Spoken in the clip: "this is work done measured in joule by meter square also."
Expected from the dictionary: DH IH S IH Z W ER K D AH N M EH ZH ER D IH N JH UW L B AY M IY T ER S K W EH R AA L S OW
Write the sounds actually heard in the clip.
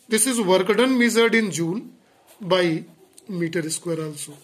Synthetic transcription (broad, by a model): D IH S IH Z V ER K D AH N M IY Z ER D IH N JH UW N B AY M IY T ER S K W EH R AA L S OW